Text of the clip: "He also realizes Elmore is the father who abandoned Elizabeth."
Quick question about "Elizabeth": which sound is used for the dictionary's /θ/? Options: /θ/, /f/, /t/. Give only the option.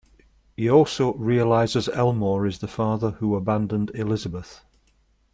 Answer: /θ/